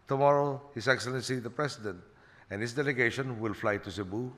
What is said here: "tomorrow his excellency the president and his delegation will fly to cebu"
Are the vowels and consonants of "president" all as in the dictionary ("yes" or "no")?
no